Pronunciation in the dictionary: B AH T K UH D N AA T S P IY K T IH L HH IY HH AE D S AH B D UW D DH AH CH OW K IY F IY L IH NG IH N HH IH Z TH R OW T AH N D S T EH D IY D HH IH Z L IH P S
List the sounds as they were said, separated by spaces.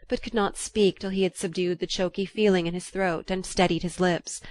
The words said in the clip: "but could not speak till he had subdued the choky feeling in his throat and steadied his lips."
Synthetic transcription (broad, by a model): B AH T K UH D N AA T S P IY K T IH L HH IY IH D S AH B D UW D DH AH CH OW K IY F IY L IH NG IH N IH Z TH R OW T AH N S T EH D IY D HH IH Z L IH P S